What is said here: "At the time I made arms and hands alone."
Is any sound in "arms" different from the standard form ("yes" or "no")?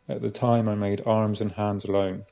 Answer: no